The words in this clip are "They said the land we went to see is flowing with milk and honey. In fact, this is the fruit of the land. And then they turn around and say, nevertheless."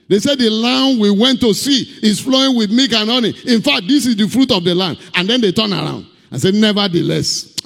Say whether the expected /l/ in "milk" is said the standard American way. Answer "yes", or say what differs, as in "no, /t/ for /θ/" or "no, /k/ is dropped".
no, /l/ is dropped